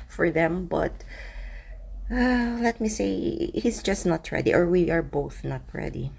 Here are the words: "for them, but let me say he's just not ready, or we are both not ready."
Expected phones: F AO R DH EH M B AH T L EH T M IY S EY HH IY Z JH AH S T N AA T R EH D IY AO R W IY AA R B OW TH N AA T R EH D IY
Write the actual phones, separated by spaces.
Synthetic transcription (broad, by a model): F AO R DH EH M B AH T L EH T M IY S EY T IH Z JH AH S T N AA T R EH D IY AO R W IY AA R B OW TH N AA T R EH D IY